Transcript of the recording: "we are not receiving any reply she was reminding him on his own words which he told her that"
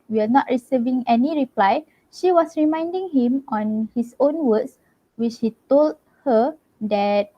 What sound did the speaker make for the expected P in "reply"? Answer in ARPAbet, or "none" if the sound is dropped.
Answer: P